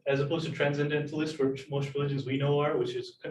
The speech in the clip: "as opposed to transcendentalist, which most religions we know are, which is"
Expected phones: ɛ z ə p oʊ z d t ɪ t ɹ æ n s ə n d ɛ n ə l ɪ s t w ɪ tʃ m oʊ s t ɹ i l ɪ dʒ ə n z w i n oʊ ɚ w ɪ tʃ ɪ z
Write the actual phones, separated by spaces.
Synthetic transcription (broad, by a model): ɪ z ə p oʊ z t ɪ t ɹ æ n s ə n d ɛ n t l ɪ s t w ɪ tʃ m oʊ s t ɹ i l ɪ dʒ ə n z w i n oʊ ɚ w ɪ tʃ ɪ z